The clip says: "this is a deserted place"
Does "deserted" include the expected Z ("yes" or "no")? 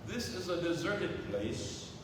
yes